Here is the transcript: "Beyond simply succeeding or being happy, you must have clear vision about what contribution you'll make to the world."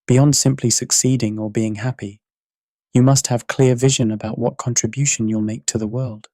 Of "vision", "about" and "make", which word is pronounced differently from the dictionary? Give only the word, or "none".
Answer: none